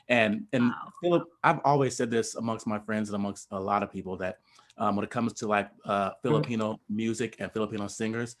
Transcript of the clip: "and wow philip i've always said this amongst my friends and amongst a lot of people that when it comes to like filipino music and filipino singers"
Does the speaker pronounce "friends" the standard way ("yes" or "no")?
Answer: yes